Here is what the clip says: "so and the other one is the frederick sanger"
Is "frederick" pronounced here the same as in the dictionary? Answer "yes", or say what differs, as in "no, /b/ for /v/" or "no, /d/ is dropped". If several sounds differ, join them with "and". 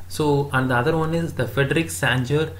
yes